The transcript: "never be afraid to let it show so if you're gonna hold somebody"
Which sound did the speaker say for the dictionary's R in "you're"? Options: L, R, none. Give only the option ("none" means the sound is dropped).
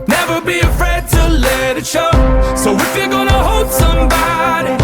L